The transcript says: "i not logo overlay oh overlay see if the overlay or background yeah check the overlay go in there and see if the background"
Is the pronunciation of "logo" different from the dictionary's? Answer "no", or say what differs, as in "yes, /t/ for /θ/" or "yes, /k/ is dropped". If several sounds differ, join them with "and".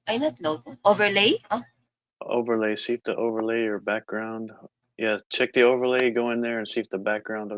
yes, /n/ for /l/